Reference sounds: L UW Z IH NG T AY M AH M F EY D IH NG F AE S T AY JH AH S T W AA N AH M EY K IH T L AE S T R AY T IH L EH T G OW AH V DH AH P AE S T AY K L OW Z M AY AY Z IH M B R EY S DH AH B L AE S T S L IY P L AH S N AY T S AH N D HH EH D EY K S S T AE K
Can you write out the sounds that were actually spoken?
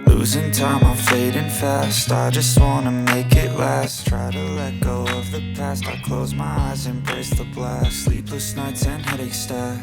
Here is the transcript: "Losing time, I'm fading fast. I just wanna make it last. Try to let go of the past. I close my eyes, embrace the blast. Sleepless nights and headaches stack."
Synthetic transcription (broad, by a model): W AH Z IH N T AY M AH F EY D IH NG F AE S T AY JH AH S T W AA N AH M EY K IH T L AE S T R AY T IH L EH T G OW AH V DH AH P AE S T AY K L OW Z M AY AY Z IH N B R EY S DH AH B L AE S S L IY P L AH S N AY T S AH N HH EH D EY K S S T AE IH